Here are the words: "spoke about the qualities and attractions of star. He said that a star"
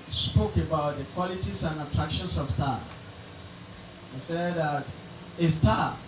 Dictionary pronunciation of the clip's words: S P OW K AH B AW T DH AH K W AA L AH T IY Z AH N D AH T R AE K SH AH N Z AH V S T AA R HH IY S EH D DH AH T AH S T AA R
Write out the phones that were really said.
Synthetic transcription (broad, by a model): S P OW K AH B AW T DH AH K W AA L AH T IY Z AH N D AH T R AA K SH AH N S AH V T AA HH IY S EH D DH AH T AH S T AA